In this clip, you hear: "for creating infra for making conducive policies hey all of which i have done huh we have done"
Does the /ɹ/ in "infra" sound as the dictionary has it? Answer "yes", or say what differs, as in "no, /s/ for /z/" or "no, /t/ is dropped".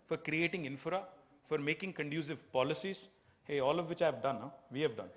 yes